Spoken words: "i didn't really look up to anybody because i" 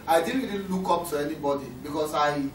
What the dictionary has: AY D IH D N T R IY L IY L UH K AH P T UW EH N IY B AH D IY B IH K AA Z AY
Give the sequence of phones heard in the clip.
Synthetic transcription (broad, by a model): AY D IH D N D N L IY K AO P T UW EH N IY B AH D IY B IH K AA S AY